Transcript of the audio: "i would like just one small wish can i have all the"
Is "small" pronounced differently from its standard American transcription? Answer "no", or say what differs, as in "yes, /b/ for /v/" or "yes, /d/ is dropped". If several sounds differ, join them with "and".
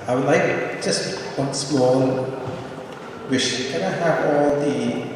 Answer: yes, /n/ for /l/